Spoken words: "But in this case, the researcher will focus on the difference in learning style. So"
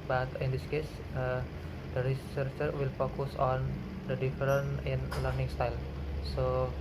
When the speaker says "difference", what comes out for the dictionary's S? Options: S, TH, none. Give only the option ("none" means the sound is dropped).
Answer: none